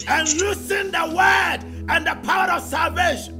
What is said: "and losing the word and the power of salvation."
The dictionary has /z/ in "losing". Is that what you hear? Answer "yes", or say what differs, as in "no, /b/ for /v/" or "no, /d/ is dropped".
no, /s/ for /z/